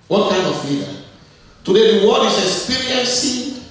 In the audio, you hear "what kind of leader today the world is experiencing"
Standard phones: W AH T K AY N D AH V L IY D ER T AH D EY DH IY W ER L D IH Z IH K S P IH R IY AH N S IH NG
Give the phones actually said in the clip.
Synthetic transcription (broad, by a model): W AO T K AY N D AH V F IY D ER T AH D EY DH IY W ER D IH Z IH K S P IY R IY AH N S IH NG